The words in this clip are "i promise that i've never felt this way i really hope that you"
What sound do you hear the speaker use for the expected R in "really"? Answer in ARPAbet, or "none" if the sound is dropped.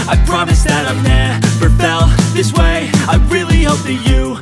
R